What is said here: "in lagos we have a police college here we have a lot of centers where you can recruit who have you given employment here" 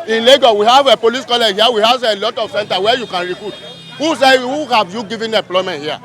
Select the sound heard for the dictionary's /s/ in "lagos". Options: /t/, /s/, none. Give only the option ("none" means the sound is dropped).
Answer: none